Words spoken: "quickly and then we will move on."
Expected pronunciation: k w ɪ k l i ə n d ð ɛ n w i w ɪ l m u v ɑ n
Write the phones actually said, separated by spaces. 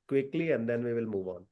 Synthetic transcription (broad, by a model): k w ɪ k l i ə n d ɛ n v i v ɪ l m u v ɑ n